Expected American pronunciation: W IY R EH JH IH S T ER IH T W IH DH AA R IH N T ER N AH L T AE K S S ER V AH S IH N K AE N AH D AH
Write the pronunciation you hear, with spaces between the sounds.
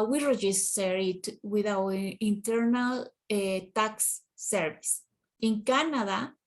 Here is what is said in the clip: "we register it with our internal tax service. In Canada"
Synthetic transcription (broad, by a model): W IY R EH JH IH S T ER IH T W IH DH AA W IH N T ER N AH L T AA K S S ER V AH S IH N K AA N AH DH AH